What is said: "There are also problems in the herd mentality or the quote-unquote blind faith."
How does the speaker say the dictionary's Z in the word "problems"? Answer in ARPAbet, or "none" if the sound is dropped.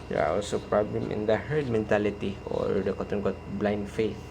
none